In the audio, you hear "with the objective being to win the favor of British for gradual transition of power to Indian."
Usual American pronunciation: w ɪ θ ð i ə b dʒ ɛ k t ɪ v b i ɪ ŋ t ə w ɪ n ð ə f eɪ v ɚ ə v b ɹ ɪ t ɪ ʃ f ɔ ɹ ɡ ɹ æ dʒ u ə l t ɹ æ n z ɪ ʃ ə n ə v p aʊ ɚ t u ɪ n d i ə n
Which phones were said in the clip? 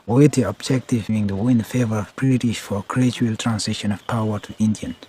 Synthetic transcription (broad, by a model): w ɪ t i ə b dʒ ɛ k t ɪ v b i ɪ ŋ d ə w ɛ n f eɪ v ɚ ə v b ɹ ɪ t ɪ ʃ f ɔ ɹ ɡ ɹ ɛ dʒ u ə l t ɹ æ n s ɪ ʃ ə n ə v p aʊ ɚ t u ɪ n d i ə n